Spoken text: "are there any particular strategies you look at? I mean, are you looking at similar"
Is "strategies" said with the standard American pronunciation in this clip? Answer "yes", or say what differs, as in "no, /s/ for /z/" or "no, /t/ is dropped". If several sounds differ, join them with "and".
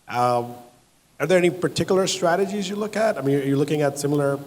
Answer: yes